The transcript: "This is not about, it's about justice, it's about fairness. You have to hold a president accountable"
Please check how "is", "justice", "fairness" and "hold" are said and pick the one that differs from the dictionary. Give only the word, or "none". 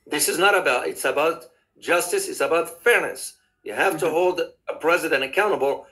none